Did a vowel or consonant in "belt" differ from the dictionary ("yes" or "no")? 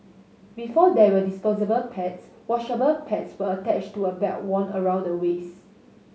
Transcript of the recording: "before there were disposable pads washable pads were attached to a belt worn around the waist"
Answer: yes